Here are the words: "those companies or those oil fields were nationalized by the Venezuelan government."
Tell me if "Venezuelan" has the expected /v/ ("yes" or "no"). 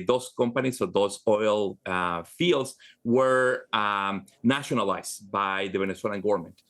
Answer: no